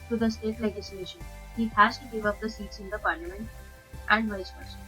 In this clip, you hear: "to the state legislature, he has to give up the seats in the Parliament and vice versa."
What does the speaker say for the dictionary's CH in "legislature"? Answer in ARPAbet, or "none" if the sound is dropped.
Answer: SH